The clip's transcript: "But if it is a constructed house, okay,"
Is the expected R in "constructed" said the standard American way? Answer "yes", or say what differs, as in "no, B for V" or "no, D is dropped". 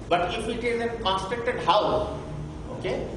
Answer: no, R is dropped